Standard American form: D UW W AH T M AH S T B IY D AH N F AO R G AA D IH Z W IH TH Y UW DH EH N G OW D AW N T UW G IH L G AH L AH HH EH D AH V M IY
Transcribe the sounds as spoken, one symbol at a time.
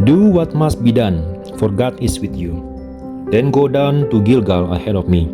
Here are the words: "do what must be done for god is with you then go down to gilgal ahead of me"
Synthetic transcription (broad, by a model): D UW W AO T M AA S T B IY D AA N F AO R G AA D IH S W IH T Y UW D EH N G OW D AW N T UW G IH L G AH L AH HH EH D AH F M IY